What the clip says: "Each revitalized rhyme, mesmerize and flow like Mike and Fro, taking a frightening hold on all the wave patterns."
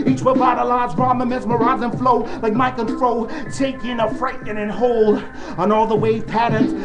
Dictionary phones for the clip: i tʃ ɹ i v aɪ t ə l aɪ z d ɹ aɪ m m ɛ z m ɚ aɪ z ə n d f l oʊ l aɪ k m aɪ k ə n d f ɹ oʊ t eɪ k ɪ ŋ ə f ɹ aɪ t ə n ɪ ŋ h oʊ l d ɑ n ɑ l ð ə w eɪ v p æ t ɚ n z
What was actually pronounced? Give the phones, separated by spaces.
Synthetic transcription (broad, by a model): i tʃ w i b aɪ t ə l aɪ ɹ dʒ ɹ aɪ m m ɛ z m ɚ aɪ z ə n f l oʊ l aɪ k m aɪ k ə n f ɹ oʊ t eɪ k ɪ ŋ ə f ɹ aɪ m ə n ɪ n h oʊ l ʌ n ɑ l ð ə w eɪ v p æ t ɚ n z